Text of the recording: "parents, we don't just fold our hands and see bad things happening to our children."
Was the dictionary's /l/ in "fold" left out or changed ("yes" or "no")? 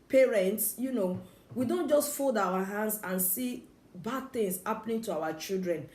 no